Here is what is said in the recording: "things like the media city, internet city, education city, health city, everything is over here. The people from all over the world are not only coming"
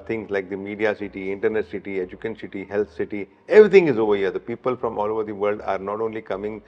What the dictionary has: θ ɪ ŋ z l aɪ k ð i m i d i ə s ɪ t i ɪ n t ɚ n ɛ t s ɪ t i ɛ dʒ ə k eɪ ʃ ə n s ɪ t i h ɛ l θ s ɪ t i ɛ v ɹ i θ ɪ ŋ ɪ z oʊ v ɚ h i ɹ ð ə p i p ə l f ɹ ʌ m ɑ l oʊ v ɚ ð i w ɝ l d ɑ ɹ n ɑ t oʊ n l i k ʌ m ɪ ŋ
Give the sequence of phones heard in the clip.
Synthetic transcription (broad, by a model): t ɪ ŋ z l aɪ k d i m i d i ə s ɪ t i ɪ n t ɚ n ɛ t s ɪ t i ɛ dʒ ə k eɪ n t s ɪ t i h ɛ l t s ɪ t i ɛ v ɹ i t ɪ ŋ ɪ z oʊ v ɚ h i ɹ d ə p i p ə l f ɹ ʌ m ɑ l oʊ v ɚ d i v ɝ l d ɑ ɹ n ɑ t oʊ n l i k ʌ m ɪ ŋ